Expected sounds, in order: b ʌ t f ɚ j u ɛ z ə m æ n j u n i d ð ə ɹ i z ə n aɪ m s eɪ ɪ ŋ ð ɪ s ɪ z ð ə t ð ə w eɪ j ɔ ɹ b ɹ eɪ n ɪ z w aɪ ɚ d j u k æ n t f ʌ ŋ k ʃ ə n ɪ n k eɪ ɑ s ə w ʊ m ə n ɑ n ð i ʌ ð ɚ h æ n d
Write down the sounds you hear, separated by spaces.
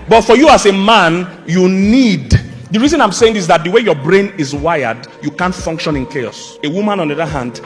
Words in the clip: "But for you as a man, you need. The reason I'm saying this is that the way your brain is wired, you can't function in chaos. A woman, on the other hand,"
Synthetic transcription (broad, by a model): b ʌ t f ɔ j u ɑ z ə m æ n j u n i d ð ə ɹ i z ə n aɪ m s eɪ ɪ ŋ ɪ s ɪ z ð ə t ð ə w eɪ j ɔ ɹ b ɹ eɪ n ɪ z w aɪ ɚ d j u k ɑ n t f ʌ ŋ k ʃ ə n ɪ n k eɪ ɑ s ə w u m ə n ɑ n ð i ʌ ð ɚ h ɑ n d